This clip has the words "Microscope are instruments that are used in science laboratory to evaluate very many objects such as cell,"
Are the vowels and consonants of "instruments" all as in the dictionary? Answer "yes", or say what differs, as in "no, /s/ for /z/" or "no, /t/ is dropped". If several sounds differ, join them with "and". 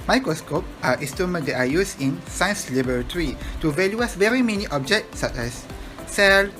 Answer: no, /n/ is dropped and /ɹ/ is dropped